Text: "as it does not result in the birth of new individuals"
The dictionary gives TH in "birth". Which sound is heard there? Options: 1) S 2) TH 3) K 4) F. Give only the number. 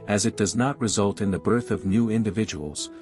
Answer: 2